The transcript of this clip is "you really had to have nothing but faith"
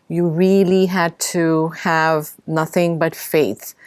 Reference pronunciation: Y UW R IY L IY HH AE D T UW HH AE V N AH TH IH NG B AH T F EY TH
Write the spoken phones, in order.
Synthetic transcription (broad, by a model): Y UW R IY L IY HH AE D T UW HH AE V N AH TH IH NG B AH T F EY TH